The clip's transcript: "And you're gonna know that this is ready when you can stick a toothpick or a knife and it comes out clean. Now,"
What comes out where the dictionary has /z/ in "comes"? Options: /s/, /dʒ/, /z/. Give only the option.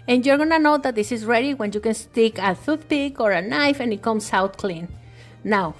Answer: /s/